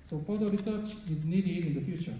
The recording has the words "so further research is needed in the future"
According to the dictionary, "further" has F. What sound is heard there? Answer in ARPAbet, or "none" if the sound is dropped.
P